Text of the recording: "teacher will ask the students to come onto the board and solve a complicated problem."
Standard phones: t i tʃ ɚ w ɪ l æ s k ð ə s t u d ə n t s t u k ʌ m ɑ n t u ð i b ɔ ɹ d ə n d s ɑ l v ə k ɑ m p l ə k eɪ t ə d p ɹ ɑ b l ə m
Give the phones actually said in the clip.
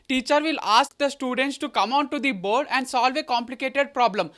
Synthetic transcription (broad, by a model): t i tʃ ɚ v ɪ l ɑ s k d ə s t u d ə n t s t u k ʌ m ɑ n t u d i b ɔ ɹ d ə n d s ɑ l v ə k ɑ m p l ə k eɪ t ə d p ɹ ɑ b l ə m